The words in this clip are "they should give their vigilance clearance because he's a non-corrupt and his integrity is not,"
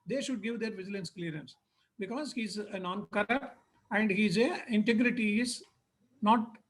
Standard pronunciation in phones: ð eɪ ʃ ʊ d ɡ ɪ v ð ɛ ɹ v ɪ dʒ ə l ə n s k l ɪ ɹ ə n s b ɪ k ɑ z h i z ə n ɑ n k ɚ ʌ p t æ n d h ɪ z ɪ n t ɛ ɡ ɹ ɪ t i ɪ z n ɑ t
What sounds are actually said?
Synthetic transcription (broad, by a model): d eɪ ʃ ʊ d ɡ ɪ v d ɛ ɹ v ɪ dʒ ə l ə n s k l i ɹ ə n s b ɪ k ɑ z h i z ə n ɑ n k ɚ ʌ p t æ n d h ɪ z ɪ n t ɛ ɡ ɹ ɪ t i ɪ z n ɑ t